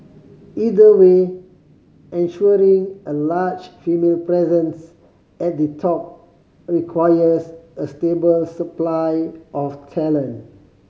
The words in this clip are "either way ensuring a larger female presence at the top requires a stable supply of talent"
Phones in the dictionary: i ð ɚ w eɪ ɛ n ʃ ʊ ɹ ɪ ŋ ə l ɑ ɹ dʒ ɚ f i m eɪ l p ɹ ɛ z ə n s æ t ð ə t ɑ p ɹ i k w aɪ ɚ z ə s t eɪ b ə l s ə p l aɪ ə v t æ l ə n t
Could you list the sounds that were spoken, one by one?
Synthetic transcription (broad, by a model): i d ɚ w eɪ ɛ n ʃ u ɹ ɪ ŋ ə l ɑ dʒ f i m eɪ l p ɹ ɛ z ə n s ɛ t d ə t ɑ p ɹ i k w aɪ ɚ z ə s t eɪ b ə l s ə p l aɪ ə f t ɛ l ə n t